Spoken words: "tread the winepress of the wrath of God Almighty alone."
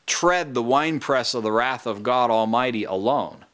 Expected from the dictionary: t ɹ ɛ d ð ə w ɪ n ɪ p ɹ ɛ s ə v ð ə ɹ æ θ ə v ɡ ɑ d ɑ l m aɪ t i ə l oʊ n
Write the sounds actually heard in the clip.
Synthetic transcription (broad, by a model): t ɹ ɛ d ð ə w ɪ n p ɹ ɛ s ə v ð ə ɹ æ θ ə v ɡ ɑ d ɑ l m aɪ t i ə l oʊ n